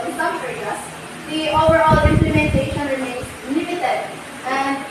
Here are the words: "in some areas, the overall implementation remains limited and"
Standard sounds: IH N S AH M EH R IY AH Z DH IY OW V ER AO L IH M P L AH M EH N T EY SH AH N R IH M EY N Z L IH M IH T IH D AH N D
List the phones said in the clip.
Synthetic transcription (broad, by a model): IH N S AH M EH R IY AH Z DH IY OW V ER AO L IH M P L AH M EH N T EY SH AH N R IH M EY N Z N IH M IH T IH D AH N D